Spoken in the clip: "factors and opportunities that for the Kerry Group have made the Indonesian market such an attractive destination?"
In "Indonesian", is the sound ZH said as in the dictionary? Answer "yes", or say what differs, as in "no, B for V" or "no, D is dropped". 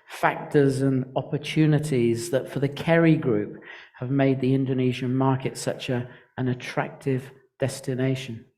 yes